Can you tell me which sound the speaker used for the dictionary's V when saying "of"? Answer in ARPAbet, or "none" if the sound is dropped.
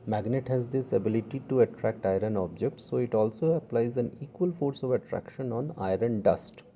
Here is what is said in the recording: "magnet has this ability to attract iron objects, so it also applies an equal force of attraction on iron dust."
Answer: V